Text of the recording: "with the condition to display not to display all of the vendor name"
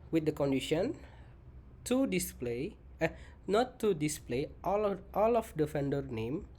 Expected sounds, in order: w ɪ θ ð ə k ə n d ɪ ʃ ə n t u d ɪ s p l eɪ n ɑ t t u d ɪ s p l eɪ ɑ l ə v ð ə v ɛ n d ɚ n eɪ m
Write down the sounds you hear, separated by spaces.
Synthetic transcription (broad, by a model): w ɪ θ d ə k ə n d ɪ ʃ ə n t u d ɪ s p l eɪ n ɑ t t u d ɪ s p l eɪ ɑ l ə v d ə f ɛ n d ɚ n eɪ m